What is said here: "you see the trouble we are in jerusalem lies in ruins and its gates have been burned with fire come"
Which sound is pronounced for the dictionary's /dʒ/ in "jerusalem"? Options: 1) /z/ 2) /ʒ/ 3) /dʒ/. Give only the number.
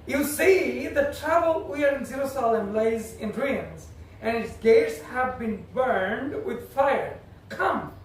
1